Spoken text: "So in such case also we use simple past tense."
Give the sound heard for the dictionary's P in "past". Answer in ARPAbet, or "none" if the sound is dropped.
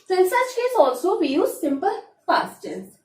F